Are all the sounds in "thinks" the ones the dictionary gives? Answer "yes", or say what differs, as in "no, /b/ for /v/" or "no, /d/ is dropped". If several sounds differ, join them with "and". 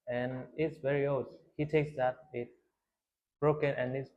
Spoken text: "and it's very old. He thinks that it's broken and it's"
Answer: no, /t/ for /θ/ and /ŋ/ is dropped